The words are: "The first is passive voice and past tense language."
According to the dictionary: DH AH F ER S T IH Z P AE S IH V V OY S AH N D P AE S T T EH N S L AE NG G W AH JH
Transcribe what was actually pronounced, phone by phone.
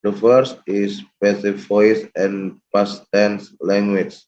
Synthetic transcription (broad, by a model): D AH F ER S T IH S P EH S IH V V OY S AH N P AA S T T EH N S L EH NG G W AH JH